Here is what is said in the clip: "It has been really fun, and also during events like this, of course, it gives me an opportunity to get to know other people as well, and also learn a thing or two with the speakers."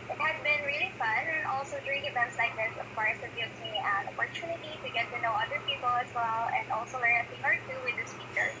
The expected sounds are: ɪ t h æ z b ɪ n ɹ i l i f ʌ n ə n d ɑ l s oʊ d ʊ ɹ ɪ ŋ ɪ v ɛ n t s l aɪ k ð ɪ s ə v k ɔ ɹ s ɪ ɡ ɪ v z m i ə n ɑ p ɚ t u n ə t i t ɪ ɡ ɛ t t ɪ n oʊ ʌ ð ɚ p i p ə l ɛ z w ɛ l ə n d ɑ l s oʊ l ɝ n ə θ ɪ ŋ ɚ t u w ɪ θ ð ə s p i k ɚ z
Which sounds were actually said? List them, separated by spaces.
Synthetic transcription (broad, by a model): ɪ t h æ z b ɪ n ɹ i l i f ʌ n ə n ɑ l s oʊ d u ɪ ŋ ɪ v ɛ n t s l aɪ k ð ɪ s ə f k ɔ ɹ ɪ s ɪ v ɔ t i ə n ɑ p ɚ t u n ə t i t ɪ ɡ ɛ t t ɪ n oʊ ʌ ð ɚ p i p ə l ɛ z w ɛ l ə n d ɑ l s oʊ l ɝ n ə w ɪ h ɚ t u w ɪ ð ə s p i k ɚ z